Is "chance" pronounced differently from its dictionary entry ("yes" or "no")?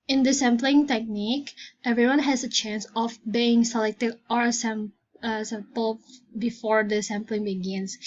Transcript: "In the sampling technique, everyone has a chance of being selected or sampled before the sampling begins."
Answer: no